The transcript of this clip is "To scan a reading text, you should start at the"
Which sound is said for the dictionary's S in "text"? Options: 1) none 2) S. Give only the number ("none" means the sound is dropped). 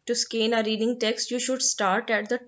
2